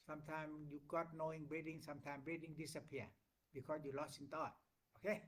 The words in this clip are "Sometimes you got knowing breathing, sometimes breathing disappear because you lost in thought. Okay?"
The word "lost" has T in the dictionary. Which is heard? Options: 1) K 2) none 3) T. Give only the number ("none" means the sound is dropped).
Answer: 2